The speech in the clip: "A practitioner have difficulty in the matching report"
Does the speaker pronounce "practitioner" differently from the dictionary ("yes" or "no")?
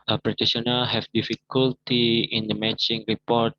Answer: yes